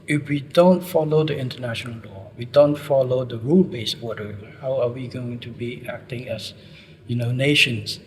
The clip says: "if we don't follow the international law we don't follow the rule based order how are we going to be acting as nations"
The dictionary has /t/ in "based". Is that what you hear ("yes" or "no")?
no